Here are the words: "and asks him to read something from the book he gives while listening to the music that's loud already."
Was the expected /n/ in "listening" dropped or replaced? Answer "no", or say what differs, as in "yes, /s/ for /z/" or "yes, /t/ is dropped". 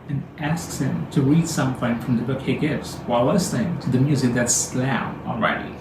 yes, /n/ is dropped